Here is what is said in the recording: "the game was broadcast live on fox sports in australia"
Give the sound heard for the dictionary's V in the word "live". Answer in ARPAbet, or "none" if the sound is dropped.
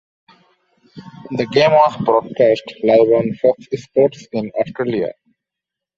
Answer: B